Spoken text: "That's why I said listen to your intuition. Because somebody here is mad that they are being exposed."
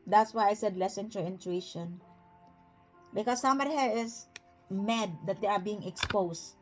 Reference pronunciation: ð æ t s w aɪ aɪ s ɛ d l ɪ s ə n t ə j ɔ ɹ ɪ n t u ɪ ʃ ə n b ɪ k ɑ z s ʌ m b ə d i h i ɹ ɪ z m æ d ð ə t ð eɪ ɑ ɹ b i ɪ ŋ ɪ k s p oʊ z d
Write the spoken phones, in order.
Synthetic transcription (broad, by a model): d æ t s w aɪ aɪ s ɛ d l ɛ s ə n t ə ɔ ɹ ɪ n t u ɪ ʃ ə n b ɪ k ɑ s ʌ m ə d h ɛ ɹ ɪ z m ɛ d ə t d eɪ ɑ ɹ b i ɪ ŋ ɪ k s p oʊ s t